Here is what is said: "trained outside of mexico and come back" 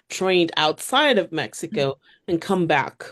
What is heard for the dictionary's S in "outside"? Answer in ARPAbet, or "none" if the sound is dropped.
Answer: S